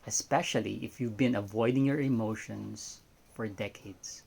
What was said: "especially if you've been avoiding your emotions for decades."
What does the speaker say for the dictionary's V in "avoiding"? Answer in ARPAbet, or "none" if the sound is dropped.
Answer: V